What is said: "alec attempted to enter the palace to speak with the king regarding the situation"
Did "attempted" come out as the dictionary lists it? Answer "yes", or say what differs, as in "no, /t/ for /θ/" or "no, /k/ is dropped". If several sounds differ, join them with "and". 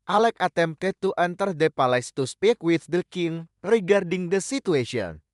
no, /p/ is dropped